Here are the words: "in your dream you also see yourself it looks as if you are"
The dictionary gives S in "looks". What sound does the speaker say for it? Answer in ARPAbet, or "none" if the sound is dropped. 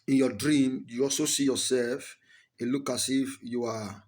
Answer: none